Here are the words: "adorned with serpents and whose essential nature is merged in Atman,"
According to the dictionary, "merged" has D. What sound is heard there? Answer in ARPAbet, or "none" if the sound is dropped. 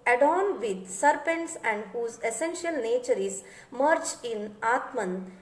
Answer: none